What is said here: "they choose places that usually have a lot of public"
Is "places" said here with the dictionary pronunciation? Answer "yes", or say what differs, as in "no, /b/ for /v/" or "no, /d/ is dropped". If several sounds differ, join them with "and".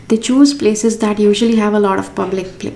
yes